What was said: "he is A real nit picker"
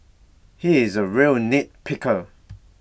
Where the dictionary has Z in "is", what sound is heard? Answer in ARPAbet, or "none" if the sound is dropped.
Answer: Z